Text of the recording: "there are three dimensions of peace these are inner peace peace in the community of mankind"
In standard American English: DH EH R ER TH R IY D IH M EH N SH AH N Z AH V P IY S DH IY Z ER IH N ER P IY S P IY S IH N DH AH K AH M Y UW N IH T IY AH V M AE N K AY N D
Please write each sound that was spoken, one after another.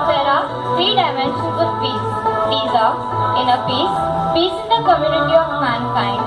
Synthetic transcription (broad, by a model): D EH R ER F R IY D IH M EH N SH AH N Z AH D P IY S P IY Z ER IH N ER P IY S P IY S IH N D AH K AH M Y UW N IH T IY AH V M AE N K AY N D